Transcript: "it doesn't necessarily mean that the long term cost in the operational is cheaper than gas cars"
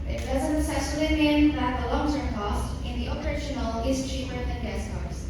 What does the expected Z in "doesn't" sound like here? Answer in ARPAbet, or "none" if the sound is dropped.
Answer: Z